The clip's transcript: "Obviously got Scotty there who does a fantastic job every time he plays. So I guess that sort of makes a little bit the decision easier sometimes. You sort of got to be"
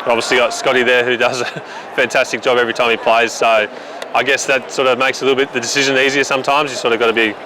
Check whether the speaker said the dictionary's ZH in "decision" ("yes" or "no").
yes